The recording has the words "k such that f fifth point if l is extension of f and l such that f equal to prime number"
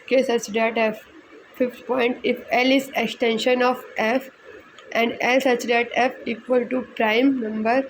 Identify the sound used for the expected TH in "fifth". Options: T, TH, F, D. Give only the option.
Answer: T